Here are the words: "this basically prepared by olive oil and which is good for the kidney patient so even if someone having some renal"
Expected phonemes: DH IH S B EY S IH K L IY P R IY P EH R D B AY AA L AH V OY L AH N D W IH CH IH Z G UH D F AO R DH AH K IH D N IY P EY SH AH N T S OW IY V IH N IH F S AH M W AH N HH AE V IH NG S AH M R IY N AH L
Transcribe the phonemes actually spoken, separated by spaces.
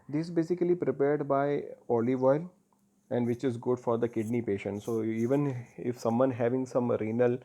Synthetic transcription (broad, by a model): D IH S B EY S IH K L IY P R IY P EH R D B AY AA L AH V OY L AH N D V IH CH IH Z G UH D F AO R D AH K IH D N IY P EY SH AH N T S OW IY V IH N IH F S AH M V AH N HH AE V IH NG S AH M R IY N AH L